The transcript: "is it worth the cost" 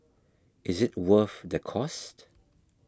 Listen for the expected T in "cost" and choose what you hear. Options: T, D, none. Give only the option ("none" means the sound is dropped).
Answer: T